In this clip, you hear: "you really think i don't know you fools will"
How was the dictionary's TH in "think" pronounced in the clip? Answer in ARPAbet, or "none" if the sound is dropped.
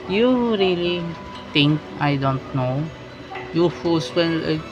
T